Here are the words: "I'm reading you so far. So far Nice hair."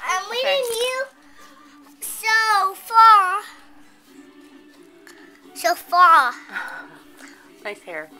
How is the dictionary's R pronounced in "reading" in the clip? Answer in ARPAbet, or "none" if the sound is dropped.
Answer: W